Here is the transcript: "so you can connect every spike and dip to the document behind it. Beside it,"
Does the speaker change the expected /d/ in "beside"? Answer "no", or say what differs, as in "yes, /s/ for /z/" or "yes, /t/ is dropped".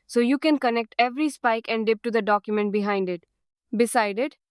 no